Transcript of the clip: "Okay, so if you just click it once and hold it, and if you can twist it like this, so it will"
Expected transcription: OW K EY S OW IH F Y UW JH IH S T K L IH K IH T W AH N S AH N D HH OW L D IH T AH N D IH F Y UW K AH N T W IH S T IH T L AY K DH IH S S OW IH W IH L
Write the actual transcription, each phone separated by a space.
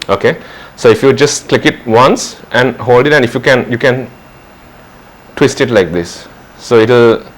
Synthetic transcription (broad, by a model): OW K EY S OW IH F Y UW JH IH S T K L IH K IH T W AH N S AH N HH OW L D IH T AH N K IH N Y UW K AH N T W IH S T IH T L AY K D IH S S OW IH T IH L